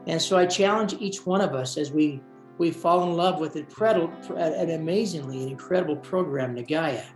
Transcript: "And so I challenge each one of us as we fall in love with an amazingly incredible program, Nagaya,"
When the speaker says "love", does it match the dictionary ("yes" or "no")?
yes